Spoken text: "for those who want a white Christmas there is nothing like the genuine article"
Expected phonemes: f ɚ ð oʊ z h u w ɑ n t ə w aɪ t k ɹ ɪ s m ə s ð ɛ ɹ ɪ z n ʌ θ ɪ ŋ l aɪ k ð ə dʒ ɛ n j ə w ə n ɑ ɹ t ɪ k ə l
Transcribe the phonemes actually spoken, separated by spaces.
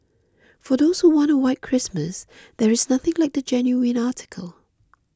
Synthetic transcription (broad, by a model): f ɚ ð oʊ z h u w ɑ n t ə w aɪ t k ɹ ɪ s m ə s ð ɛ ɹ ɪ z n ʌ θ ɪ ŋ l aɪ k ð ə dʒ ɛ n j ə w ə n ɑ t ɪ k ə l